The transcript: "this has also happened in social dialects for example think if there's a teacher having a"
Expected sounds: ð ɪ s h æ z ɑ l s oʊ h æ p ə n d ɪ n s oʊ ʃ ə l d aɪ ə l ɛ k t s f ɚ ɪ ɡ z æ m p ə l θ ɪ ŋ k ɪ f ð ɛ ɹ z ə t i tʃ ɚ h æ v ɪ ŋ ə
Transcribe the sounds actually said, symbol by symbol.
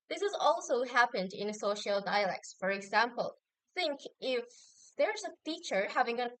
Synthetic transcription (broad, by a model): ð ɪ s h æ z ɑ l s oʊ h æ p ə n d ɪ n s oʊ ʃ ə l d aɪ ə l ɛ k t s f ɚ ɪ ɡ z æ m p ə l θ ɪ ŋ k ɪ f ð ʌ ɹ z ə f i tʃ ɚ h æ v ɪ ŋ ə